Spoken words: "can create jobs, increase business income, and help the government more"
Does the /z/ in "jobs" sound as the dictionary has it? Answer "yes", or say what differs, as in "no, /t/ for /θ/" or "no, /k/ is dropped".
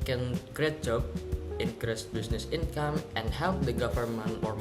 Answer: no, /z/ is dropped